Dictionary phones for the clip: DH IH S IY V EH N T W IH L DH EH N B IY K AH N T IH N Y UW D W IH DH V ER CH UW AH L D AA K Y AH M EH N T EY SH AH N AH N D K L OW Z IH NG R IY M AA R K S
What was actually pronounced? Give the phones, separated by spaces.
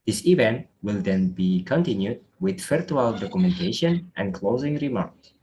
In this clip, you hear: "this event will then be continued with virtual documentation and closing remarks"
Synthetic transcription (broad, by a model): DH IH S IY V EH N T W IH L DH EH N B IY K AH N T IH N Y UW D W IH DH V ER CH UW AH L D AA K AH M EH N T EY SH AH N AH N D K L OW Z IH NG R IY M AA R K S